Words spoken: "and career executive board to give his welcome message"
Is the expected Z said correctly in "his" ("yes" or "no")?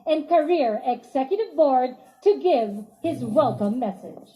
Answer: yes